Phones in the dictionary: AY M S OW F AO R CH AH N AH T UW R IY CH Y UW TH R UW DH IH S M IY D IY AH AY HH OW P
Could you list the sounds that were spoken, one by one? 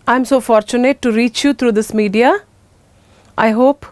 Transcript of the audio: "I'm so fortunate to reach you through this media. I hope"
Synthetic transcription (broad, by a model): AY M S OW F AO R CH AH N AH T UW R IY CH Y UW T R UW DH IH S M IY D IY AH AY HH OW P